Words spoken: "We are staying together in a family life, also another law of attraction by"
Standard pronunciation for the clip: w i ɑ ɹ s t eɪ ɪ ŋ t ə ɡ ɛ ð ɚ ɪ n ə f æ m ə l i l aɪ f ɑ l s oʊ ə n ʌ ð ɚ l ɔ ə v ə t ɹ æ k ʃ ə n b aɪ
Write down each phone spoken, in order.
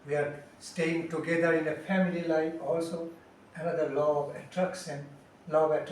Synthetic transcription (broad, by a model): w i ɑ ɹ s t eɪ ɪ ŋ t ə ɡ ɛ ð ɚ ɪ n ə f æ m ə l i l aɪ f ɑ l s oʊ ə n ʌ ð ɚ l ɔ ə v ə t ɹ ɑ k s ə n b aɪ